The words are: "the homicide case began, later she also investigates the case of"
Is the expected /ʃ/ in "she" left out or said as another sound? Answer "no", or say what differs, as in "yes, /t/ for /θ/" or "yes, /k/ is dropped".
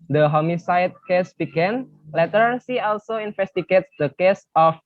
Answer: yes, /s/ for /ʃ/